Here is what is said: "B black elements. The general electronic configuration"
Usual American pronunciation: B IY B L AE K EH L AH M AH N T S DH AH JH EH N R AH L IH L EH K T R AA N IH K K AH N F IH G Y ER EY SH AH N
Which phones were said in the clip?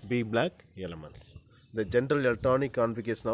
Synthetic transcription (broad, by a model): B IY B L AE K EH L AH M AH N T S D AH JH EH N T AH L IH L T AA N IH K K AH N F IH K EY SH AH N